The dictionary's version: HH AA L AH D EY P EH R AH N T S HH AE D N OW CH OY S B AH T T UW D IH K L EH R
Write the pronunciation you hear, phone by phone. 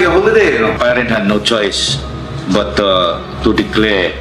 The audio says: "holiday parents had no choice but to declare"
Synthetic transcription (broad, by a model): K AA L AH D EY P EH R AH N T HH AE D N OW CH OY S B AH T T UW D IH K L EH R